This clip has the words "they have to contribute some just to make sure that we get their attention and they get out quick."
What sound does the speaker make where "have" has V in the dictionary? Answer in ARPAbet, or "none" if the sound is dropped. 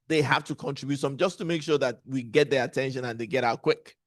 F